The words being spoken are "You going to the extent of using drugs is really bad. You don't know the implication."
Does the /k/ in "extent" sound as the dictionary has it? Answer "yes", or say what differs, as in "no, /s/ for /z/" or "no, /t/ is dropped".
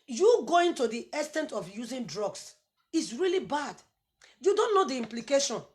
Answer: no, /k/ is dropped